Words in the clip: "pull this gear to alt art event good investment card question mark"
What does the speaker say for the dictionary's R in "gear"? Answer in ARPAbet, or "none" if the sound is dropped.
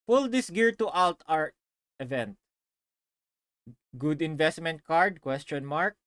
R